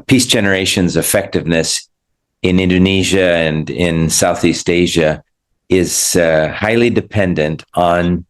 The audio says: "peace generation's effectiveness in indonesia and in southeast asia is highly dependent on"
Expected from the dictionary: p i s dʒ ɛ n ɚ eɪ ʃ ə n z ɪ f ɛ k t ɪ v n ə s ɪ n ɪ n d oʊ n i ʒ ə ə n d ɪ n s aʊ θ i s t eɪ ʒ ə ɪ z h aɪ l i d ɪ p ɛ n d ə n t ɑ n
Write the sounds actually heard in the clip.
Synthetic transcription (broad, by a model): p i s dʒ ɛ n ɚ eɪ ʃ ə n z ɪ f ɛ k t ɪ v n ə s ɪ n ɪ n d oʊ n i ʒ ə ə n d ɪ n s aʊ θ i s t eɪ ʒ ə ɪ z h aɪ l i d ɪ p ɛ n d ə n t n